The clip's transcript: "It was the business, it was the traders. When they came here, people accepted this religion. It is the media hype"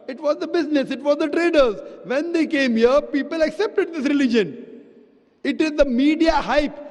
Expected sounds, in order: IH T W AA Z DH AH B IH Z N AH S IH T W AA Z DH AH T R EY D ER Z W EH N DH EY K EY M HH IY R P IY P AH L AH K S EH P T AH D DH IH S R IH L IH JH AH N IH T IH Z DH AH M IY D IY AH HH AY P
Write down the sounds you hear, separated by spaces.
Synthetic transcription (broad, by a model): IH T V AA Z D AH B IH Z N AH S IH T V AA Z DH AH T R EY D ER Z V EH N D EY K EY M HH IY R P IY P AH L AH K S EH P T AH D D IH S R IH L IH JH AH N IH T IH Z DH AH M IY D IY AH HH AY P